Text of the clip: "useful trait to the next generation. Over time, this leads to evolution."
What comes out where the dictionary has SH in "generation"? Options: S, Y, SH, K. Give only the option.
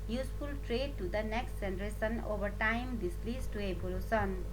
S